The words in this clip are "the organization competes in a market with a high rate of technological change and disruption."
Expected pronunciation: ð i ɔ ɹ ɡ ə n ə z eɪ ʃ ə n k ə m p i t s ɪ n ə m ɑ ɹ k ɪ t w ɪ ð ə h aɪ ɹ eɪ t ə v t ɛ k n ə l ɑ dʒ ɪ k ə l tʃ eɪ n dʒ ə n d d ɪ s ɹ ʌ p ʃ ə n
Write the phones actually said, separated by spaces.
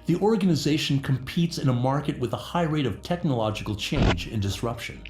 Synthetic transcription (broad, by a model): ð i ɔ ɹ ɡ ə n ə z eɪ ʃ n k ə m p i t s ɪ n ə m ɑ ɹ k ɪ t w ɪ ð ə h aɪ ɹ eɪ t ə v t ɛ k n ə l ɑ dʒ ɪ k l tʃ eɪ n dʒ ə n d d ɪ s ɹ ʌ p ʃ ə n